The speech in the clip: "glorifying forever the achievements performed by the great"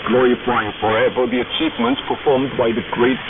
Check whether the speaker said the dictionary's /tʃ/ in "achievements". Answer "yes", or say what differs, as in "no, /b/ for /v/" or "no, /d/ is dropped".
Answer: yes